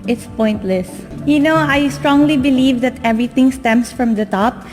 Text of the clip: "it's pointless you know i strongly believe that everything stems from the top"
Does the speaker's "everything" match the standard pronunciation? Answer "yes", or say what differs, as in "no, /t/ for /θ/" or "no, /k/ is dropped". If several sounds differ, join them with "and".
no, /t/ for /θ/